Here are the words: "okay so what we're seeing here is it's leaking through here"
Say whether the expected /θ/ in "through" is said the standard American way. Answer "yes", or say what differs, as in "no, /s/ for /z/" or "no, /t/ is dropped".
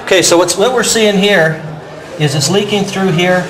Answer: yes